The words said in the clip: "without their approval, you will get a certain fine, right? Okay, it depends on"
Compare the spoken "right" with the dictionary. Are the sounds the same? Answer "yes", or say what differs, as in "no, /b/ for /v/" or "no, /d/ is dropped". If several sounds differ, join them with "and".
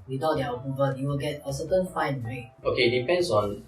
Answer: no, /w/ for /ɹ/